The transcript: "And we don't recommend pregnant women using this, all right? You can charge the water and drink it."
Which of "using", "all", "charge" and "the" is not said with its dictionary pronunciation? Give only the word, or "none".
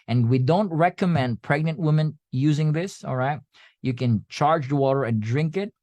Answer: none